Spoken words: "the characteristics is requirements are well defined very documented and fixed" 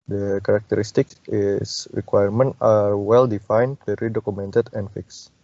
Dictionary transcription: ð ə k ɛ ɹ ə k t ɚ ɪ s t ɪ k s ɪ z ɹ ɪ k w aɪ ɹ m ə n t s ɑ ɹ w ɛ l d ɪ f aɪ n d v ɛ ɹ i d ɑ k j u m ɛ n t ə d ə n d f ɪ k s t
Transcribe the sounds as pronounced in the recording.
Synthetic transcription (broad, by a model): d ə k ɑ ɹ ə k t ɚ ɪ s t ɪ k s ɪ s ɹ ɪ k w aɪ ɹ m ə n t ɑ ɹ w ɛ l d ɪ f aɪ n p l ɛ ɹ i d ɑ k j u m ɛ n t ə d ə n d f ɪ k s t